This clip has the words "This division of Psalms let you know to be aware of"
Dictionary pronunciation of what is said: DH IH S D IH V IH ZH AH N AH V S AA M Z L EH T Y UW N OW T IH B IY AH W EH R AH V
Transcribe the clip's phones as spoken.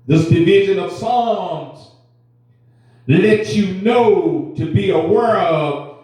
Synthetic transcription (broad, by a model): DH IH S D IH V IH ZH AH N AH V S AA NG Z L EH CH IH N OW T IH B IY AH W EH R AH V